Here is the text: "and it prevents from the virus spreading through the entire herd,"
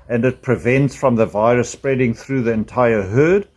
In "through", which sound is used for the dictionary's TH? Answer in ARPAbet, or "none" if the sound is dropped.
TH